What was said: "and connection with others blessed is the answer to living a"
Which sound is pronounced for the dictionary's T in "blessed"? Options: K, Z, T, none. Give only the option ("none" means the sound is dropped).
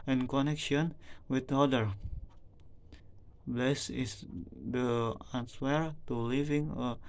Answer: none